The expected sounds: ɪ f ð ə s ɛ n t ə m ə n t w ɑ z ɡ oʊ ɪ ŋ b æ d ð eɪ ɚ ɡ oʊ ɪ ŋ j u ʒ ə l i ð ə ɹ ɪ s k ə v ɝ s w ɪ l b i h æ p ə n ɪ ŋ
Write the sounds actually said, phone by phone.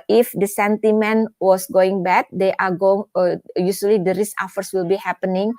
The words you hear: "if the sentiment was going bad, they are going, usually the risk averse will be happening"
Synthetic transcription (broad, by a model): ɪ f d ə s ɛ n t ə m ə n w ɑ s ɡ oʊ ɪ ŋ b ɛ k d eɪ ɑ ɡ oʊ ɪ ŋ j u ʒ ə l i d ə ɹ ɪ s ə f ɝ s w ɪ l b i h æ p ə n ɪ ŋ